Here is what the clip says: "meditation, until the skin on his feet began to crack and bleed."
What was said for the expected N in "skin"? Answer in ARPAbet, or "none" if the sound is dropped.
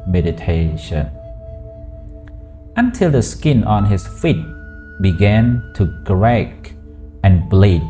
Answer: N